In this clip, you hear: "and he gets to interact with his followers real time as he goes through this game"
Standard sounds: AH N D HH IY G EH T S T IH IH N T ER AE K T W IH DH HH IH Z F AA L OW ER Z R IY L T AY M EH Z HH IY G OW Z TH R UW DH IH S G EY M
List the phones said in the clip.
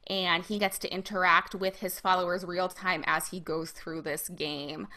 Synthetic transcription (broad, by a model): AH N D IY G EH T S T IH IH N T ER AE K T W IH DH IH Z F AA L OW ER Z R IY L T AY M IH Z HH IY G OW Z TH R UW DH IH S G EY M